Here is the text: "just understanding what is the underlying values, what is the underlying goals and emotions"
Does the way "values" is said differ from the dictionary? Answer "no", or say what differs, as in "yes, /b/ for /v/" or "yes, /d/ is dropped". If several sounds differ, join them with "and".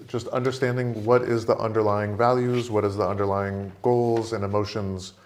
no